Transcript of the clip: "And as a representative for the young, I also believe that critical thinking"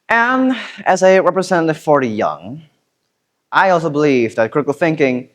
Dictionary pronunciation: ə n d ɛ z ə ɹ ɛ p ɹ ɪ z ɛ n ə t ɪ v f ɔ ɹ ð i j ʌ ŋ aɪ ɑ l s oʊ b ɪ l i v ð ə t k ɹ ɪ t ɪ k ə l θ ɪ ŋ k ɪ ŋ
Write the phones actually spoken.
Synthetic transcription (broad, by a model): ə n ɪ z ə ɹ ɛ p ɹ ɪ z ɛ n ə t ɪ v f ɔ ɹ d i j ʌ ŋ aɪ ɑ l s oʊ b ɪ l i v ð ə t k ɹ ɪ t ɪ k l θ ɪ ŋ k ɪ ŋ